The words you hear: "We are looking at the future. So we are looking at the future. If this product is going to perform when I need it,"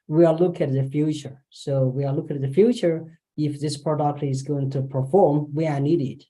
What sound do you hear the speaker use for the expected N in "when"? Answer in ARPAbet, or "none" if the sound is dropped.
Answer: none